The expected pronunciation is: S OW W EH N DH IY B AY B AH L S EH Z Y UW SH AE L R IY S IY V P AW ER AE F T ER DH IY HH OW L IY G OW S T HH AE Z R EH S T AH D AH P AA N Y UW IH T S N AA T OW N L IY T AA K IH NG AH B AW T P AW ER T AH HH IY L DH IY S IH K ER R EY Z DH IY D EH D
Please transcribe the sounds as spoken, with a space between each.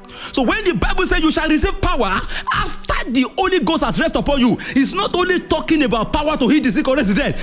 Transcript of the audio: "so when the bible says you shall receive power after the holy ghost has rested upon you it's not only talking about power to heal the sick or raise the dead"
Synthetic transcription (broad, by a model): S OW W EH N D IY B AY B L S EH Y UW SH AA L R IY S IY V P AW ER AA F T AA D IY OW L IY G OW S T HH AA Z R EH S T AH P AA N Y UW IH T S N AA T OW N L IY T AA K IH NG AH B AW T P AW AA T AH HH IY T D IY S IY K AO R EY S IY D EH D